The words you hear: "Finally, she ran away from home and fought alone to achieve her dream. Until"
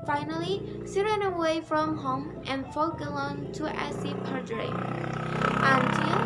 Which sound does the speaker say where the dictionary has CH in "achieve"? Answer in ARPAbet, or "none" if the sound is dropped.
S